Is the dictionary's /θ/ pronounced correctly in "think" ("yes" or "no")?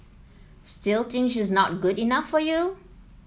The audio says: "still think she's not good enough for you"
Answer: no